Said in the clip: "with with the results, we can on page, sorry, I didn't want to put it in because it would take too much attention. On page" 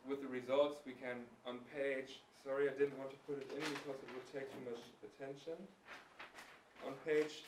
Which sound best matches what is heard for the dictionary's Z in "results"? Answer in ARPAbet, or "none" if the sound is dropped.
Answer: Z